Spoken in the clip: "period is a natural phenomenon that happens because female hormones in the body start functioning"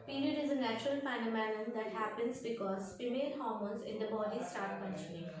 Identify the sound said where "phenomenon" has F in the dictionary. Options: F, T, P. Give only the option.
P